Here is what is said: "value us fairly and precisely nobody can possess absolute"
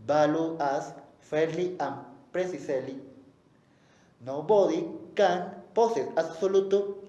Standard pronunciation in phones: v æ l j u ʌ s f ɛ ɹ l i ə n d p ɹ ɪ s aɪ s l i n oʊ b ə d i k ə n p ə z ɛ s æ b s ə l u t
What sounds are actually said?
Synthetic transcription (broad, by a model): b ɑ l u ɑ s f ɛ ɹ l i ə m p ɹ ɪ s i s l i n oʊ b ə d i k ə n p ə s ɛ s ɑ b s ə l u t